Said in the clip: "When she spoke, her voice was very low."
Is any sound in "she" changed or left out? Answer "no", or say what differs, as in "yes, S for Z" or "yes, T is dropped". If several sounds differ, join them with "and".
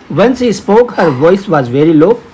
yes, S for SH